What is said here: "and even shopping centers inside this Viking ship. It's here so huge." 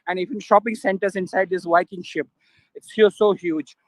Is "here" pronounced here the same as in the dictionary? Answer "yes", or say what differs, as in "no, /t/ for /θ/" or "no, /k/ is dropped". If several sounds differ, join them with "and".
no, /l/ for /ɹ/